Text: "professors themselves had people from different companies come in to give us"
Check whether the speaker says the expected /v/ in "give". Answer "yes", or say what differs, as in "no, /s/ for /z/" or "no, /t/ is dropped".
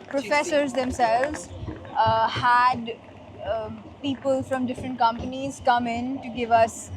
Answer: yes